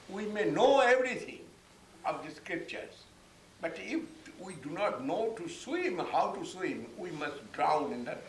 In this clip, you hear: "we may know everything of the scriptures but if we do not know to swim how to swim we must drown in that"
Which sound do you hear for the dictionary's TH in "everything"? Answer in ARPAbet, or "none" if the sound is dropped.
T